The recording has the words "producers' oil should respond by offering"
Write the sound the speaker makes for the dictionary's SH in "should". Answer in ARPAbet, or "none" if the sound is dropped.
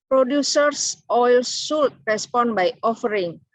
S